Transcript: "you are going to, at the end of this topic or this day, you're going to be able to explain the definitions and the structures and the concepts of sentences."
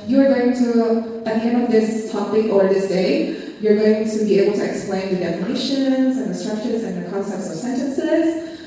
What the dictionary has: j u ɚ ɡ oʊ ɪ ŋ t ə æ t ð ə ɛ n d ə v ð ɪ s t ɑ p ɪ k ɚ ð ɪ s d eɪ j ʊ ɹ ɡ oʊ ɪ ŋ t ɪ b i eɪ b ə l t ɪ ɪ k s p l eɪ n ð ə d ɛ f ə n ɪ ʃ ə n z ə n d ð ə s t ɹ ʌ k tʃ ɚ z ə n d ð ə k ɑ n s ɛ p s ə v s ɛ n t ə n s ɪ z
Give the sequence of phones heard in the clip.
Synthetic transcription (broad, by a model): j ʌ ɚ ɡ oʊ ɪ ŋ t ə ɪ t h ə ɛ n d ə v ð ɪ s t ɑ p ɪ k ɚ ð ɪ s d eɪ j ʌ ɹ ɡ oʊ ɪ ŋ t ɪ b i eɪ b l t ɪ ɪ k s p l eɪ n ð ə d ɛ f ə n ɪ ʃ ə n z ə n ð ə s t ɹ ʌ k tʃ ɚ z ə n ð ə k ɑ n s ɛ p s ə v s ɛ n t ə n s ɪ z